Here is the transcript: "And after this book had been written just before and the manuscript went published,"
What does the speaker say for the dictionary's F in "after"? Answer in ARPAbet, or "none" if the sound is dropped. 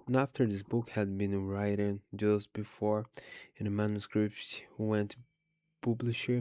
F